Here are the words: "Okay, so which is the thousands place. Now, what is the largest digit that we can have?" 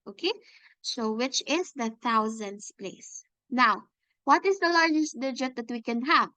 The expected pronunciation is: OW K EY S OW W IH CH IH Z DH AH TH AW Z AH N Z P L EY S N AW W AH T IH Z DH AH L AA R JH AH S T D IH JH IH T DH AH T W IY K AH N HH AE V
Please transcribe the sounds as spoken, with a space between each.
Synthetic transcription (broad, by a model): OW K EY S OW W IH CH IH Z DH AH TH AW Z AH N S P L EY S N AW W AH T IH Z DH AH L AA R JH AH S T D IH JH IH T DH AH T W IY K AH N HH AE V